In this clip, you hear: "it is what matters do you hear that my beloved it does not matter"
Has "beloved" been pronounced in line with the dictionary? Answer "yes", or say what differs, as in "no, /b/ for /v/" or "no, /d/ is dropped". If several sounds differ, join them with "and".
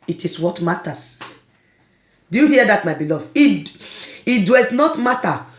no, /d/ is dropped